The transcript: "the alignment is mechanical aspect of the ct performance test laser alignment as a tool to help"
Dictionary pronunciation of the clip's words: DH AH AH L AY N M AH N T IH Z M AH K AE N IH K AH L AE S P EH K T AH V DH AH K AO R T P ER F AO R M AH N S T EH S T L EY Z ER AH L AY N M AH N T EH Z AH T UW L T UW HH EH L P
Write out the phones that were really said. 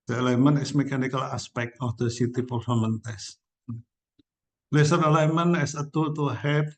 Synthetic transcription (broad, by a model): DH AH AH L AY M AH N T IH S M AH K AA N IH K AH L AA S P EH K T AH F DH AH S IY T P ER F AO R M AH N T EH S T L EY S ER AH L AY M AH N EH S AH T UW T UW HH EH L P